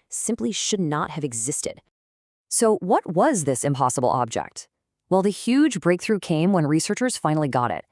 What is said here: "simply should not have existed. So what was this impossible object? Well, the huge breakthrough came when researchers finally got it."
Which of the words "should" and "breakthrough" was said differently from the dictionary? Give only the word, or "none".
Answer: none